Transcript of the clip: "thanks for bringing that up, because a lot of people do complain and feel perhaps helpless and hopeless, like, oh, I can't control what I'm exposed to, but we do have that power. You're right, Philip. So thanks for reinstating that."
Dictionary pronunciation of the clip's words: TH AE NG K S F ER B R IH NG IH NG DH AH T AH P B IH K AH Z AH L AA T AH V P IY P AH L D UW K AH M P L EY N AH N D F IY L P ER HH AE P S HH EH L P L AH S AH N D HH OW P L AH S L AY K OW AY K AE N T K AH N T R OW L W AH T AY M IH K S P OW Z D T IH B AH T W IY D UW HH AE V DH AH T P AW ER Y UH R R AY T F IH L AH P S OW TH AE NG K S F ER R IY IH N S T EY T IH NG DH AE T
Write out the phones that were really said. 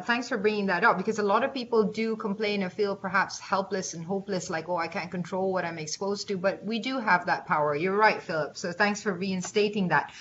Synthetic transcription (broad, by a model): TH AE NG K S F ER B R IH NG IH NG DH AH T AH P B IH K AH Z AH L AA T AH V P IY P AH L D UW K AH M P L EY N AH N F IY L P ER HH AE P S HH EH L P L AH S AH N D HH OW P L AH S L AY K OW AY K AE N K AH N T R OW L W AH T AY M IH K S P OW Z T IH B AH T W IY D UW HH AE V DH AH T P AW ER Y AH R R AY T F IH L AH P S OW TH AE NG K S F ER R IY IH N S T EY T IH NG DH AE T